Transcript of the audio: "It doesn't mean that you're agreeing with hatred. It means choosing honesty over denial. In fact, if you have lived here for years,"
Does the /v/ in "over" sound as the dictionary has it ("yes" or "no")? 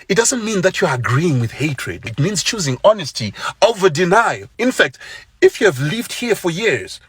yes